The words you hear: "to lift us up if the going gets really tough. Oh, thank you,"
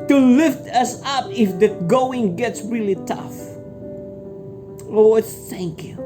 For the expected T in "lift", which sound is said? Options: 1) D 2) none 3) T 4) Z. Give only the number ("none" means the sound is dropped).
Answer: 3